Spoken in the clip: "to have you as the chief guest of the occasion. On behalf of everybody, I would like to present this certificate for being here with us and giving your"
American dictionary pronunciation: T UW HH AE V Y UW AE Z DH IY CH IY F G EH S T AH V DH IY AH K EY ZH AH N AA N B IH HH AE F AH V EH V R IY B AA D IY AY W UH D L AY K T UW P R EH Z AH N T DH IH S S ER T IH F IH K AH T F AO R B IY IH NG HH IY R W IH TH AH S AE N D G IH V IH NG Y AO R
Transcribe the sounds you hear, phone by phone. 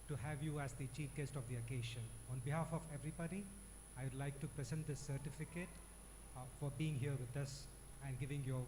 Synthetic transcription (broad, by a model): T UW HH AE V Y UW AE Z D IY CH IY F G EH S T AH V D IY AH K EY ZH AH N AA N B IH HH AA F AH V EH V R IY B AA D IY AY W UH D L AY K T UW P R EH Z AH N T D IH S S ER T IH F IH K AH T F AO R B IY IH NG HH IY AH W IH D AH S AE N D G IH V IH NG Y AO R